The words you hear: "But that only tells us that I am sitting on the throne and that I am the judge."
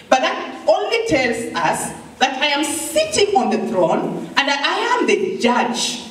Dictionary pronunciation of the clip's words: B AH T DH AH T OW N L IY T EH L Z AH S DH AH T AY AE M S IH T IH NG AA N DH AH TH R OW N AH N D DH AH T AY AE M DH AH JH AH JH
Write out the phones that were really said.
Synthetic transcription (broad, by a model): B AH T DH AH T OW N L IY T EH L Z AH S DH AH T AY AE M S IH T IH NG AA N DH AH TH R OW N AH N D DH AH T AY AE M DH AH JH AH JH